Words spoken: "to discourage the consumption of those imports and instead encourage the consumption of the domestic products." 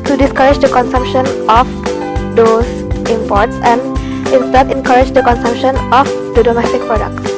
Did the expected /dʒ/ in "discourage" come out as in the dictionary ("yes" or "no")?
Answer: yes